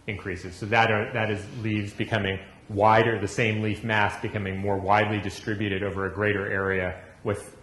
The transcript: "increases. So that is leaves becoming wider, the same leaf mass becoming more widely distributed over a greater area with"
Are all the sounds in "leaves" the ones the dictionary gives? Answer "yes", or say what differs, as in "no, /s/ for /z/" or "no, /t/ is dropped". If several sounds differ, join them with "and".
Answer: yes